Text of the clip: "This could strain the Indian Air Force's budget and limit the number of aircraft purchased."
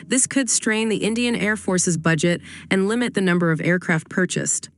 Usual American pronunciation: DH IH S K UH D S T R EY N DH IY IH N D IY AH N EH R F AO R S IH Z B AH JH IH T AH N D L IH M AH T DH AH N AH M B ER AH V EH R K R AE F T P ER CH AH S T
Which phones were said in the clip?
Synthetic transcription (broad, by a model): DH IH S K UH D S T R EY N DH IY IH N D IY AH N EH R F AO R S IH Z B AH JH IH T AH N L IH M AH T DH AH N AH M B ER AH V EH R K R AE F T P ER CH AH S T